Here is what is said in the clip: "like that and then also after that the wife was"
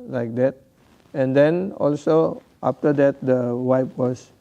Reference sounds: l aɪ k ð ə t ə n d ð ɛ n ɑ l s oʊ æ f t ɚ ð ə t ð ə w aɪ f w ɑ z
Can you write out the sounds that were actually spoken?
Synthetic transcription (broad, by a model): l aɪ k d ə t ə n d ɛ n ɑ l s oʊ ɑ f t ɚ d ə t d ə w aɪ p w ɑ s